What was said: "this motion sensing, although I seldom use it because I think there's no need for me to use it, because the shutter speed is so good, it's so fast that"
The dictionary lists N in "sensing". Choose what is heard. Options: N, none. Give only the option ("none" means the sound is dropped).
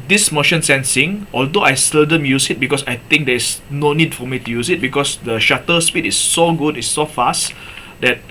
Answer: N